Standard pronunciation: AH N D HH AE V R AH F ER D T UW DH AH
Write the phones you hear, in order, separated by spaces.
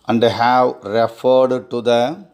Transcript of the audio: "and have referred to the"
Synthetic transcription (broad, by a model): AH N D HH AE W R AH F ER D T UW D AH